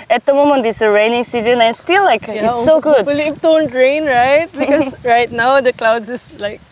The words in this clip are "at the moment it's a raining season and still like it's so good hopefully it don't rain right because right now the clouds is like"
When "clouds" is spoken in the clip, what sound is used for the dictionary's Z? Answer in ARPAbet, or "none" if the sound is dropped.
S